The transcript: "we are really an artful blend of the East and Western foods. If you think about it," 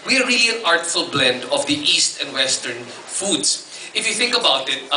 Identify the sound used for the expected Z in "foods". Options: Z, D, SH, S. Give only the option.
S